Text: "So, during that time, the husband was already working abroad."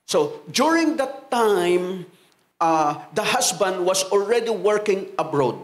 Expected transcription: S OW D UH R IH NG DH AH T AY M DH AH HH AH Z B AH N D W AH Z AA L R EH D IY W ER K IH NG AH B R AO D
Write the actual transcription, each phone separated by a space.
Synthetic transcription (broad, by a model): S OW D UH R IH NG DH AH T AY M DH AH HH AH S B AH N D W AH S AA L R EH D IY W ER K IH NG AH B R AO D